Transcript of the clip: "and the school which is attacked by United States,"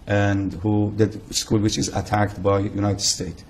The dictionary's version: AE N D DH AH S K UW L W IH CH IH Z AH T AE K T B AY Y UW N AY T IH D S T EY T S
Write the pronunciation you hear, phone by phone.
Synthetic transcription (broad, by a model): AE N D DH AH S K UW L W IH CH IH Z AH T AE K T B AY Y UW N AY T IH D S T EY T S